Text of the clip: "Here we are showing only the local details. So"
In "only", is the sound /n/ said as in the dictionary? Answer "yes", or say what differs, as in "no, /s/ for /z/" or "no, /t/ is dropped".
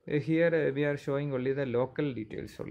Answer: no, /n/ is dropped